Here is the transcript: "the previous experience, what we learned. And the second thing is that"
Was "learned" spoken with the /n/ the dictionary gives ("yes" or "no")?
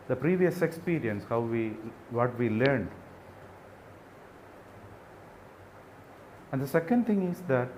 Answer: yes